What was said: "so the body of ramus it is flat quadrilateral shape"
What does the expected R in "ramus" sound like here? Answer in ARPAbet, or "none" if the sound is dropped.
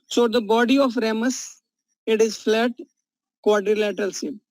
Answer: R